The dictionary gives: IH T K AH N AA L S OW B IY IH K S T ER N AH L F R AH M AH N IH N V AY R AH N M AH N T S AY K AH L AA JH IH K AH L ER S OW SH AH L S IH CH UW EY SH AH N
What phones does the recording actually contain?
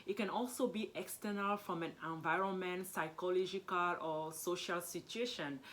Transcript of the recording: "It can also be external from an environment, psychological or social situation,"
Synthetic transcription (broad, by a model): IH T K AH N AA L S OW B IY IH K S T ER N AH L F R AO M AH N IH N V AY R AH N M AH N T S AY K AH L AA JH IH K AH L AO S OW SH AH L S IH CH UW EY SH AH N